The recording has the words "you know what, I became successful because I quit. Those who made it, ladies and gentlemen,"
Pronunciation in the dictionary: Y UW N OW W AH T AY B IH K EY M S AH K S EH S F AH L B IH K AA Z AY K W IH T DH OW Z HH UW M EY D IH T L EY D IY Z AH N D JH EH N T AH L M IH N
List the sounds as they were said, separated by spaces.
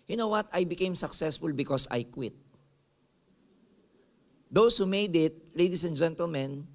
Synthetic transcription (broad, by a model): Y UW N OW W AH T AY B IH K EY M S AH K S EH S F AH L B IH K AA S AY K W IH T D OW S HH UW M EY D IH T L EY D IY S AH N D JH EH N T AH L M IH N